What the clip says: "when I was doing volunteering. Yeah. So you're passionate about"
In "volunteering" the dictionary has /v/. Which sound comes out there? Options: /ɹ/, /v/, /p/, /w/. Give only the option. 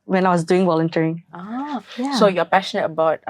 /w/